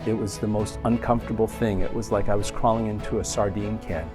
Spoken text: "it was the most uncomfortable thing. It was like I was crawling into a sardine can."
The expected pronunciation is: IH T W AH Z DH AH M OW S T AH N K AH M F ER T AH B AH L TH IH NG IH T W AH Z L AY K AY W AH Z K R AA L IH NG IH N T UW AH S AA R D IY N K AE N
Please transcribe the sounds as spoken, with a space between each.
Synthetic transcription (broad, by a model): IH T W AH Z DH AH M OW S T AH N K AH M F T AH B L TH IH NG IH T W AH Z L AY K AY W AH Z K R AA L IH NG IH N T UW AH S AA R D IY N K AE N